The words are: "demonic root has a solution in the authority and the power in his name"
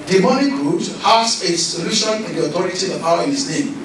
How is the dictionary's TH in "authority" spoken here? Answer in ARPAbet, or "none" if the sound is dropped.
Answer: T